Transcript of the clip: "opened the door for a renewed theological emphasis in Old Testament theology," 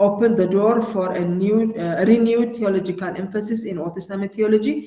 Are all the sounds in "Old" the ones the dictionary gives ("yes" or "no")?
no